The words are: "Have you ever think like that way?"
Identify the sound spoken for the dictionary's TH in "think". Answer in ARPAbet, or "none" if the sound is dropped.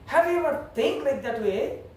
T